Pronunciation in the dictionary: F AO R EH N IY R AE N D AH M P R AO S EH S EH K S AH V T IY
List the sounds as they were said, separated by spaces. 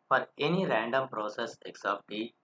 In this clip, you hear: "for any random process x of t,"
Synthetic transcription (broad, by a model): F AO R EH N IY R AE N D AH M P R AO S EH S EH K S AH P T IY